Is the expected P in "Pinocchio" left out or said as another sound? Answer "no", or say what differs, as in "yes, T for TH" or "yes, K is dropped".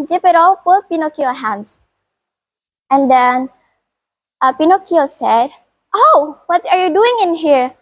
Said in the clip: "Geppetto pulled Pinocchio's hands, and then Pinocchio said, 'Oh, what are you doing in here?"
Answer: no